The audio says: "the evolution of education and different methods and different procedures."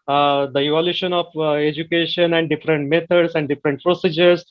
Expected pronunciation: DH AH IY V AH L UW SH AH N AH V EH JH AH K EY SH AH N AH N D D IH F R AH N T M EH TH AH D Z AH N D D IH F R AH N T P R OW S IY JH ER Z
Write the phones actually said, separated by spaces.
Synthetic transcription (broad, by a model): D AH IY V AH L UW SH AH N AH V EH JH AH K EY SH AH N AH N D D IH F R AH N T M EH T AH D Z AH N D D IH F R AH N T P R OW S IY JH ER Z